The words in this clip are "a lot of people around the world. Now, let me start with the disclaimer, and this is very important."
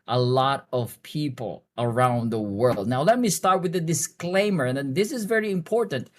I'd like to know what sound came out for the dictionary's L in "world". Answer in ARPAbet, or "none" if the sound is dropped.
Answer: L